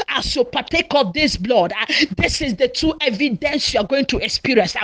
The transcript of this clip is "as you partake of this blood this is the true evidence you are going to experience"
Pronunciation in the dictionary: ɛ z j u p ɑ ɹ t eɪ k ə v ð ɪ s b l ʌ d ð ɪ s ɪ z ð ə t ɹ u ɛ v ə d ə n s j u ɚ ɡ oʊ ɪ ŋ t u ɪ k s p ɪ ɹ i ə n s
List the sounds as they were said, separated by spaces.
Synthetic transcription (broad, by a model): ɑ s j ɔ p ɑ t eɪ k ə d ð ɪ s b l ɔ d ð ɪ s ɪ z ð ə t u ɛ v ə d ə n s j u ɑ ɡ oʊ ɪ ŋ t u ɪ k s p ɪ ɹ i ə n s